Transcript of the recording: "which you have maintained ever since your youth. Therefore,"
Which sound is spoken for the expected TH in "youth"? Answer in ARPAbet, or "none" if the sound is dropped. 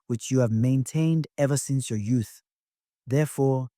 TH